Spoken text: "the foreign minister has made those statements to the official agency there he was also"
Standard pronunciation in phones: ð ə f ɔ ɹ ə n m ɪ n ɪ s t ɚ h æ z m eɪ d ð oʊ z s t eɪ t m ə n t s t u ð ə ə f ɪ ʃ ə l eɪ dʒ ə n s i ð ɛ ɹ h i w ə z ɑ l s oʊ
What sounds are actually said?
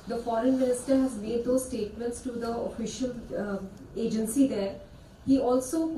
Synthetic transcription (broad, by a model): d ə f ɔ ɹ ə n m ɪ n ɪ s t ɚ h æ z m eɪ d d oʊ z s t eɪ t m ə n t s t u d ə ə f ɪ ʃ ə l eɪ dʒ ə n s i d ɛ ɹ h i ɑ l s oʊ